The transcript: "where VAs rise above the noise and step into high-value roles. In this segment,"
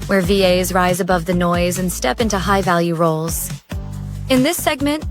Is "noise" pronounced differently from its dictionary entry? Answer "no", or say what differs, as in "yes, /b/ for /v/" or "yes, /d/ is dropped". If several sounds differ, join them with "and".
no